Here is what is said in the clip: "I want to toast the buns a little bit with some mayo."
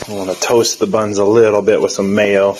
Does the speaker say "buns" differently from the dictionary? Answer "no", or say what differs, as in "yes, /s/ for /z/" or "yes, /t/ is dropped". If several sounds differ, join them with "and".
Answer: no